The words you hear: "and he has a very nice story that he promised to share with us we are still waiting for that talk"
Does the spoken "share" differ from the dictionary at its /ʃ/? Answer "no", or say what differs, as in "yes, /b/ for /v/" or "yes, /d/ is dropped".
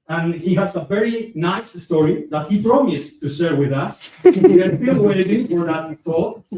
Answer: yes, /s/ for /ʃ/